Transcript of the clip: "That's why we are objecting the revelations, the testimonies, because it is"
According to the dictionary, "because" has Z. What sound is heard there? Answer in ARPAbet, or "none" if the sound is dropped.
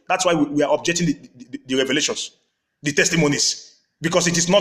S